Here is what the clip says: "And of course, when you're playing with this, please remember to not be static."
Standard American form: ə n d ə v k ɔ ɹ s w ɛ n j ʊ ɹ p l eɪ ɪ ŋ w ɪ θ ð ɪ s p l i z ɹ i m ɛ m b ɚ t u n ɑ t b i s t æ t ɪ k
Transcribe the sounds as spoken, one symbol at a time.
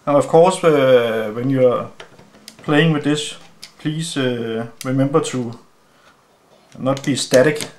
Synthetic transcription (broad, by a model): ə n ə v k ɔ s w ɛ n j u p l eɪ ɪ ŋ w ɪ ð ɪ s p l i s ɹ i m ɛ m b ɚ s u n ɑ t b i s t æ t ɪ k